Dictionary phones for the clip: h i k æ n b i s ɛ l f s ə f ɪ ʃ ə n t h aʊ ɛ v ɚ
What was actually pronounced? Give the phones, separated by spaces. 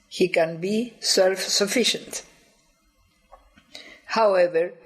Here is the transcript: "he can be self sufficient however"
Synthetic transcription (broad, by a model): h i k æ n b i s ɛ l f s ə f ɪ ʃ ə n t h aʊ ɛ v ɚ